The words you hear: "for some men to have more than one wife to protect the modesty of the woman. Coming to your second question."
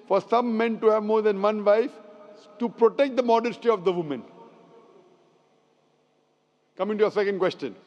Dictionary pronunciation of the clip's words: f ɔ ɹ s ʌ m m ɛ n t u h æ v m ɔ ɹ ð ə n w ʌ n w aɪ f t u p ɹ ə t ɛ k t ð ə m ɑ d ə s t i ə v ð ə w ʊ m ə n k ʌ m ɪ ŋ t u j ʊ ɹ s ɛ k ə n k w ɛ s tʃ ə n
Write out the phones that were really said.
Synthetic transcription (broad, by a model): f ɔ ɹ s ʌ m m ɛ n t u h æ v m ɔ ɹ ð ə n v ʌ n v aɪ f t u p ɹ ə t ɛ k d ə m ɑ d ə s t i ə v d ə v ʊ m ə n k ʌ m ɪ ŋ t u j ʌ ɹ s ɛ k ə n k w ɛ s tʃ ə n